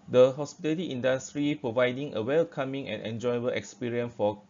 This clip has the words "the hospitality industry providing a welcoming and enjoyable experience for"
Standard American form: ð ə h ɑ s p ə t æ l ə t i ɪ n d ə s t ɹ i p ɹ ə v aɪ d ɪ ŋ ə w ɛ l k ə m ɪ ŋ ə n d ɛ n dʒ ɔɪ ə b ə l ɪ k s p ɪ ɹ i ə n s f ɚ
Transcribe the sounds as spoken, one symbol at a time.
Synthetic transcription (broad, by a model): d ə h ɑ s p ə t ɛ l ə t i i n d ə s t ɹ i p ɹ ə v aɪ d ɪ ŋ ə w ɛ l k ə m ɪ ŋ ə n ɛ n dʒ ɔɪ ə b ə l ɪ k s p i ɹ i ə n s f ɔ